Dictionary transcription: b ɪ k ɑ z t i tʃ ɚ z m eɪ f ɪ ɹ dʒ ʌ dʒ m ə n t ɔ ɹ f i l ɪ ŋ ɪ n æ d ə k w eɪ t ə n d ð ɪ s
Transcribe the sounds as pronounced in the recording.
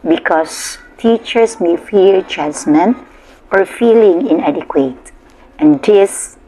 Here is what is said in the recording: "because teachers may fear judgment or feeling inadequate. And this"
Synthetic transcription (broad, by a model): b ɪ k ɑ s t i tʃ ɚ s m eɪ f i l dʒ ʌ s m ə n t ɔ ɹ f i l ɪ ŋ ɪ n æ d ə k w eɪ t ə n d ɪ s